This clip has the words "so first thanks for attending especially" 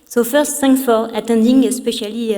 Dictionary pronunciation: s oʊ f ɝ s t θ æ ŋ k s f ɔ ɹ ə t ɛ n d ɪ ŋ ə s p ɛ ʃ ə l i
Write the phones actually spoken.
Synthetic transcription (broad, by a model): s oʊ f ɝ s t s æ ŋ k f ɔ ɹ ə t ɛ n d ɪ ŋ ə s p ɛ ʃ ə l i